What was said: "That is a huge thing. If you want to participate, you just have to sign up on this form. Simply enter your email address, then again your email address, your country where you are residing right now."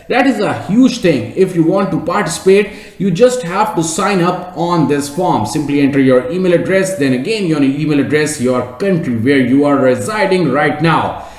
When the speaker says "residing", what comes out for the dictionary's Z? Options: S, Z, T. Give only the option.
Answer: Z